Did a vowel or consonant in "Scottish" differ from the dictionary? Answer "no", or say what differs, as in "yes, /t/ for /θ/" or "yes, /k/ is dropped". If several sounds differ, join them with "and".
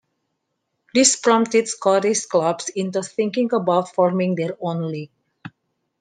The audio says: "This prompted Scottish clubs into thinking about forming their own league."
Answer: yes, /s/ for /ʃ/